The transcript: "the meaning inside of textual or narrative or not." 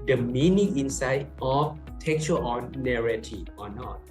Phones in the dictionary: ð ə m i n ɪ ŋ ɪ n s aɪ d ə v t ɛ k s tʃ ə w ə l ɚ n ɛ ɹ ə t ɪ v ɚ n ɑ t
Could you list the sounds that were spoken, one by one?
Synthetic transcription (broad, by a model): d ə m i n ɪ ŋ ɪ n s aɪ d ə f t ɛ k tʃ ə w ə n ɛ ɹ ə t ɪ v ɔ n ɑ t